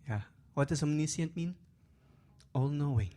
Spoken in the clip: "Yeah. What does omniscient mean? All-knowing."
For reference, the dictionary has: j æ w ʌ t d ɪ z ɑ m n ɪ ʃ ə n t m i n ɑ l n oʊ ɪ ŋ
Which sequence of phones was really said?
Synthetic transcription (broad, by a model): j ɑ w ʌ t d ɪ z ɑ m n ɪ s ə n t m i n ɑ l n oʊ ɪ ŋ